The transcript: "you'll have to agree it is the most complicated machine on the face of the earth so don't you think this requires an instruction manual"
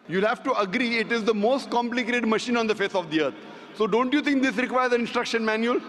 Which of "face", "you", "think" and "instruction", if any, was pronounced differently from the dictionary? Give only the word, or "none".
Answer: think